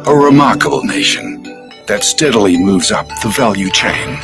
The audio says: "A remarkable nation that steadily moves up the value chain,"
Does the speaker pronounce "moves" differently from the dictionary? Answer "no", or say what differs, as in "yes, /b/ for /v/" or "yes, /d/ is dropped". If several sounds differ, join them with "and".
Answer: no